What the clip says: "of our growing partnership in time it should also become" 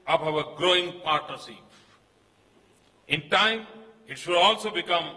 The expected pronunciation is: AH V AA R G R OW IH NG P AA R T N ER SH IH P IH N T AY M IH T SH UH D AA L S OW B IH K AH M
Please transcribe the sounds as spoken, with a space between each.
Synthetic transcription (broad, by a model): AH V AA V G R OW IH NG P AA R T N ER S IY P IH N T AY M IH T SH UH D AA L S OW B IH K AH M